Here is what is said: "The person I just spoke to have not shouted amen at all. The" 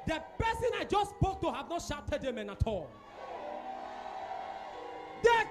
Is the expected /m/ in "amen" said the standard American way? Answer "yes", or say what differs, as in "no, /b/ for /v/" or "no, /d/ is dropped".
yes